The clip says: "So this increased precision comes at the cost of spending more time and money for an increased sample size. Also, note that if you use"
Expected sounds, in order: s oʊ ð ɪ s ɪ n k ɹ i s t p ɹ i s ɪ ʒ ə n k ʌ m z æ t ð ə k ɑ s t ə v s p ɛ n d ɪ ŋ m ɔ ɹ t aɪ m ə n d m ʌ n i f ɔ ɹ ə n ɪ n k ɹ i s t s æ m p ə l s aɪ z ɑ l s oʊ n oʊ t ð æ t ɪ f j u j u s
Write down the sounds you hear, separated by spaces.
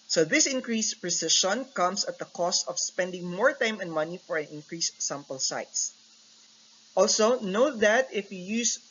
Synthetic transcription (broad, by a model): s oʊ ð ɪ s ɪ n k ɹ i s p ɹ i s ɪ ʃ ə n k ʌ m s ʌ t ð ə k ɑ s t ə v s p ɛ n d ɪ ŋ m ɔ ɹ t aɪ m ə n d m ʌ n i f ɔ ɹ ə n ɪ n k ɹ i s s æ m p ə l s aɪ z ɑ l s oʊ n oʊ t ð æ t ɪ f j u j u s